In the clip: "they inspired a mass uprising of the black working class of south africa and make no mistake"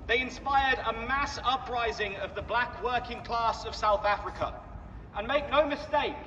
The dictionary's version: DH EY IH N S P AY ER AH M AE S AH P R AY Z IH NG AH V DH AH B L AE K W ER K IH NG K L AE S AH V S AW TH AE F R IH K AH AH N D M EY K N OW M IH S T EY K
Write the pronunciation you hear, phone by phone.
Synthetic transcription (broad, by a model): DH EY IH N S P AY ER AH M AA S AH P R AY Z IH NG AH V DH AH B L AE K W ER K IH NG K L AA S AH V S AW TH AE F R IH K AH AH N M EY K N OW M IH S T EY K